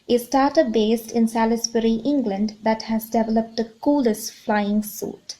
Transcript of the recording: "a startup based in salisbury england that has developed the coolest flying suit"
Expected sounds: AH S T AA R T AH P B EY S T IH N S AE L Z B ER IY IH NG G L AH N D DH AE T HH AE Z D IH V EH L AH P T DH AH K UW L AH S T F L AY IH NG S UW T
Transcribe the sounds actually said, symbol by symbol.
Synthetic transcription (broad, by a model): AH S T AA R T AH B EY S T IH N S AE L S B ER IY IH NG G L AH N D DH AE T HH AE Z D IH V EH L AH P T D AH K UW L AH S T F L AY IH NG S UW T